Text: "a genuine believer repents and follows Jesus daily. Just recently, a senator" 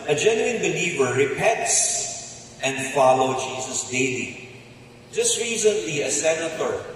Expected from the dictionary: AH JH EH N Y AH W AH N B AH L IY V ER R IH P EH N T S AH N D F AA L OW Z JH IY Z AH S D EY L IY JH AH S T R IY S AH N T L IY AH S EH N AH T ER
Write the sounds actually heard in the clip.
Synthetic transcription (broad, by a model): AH JH EH N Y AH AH N B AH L IY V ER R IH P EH T S AH N D F AA L OW JH IY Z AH S D EY L IY JH AH S T R IY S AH N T L IY AH S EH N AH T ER